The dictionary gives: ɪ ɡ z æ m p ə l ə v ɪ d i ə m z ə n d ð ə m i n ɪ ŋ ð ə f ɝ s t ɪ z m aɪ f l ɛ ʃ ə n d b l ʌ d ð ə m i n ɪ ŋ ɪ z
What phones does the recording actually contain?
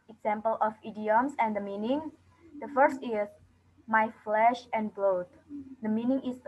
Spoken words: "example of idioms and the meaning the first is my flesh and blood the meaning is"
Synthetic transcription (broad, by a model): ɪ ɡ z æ m p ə l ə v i d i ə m s ə n d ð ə m i n ɪ ŋ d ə f ɝ s t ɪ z m aɪ f l ɛ ʃ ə n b l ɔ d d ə m i n ɪ ŋ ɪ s